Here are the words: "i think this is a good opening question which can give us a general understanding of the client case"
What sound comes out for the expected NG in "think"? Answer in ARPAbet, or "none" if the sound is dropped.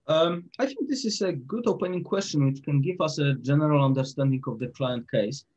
NG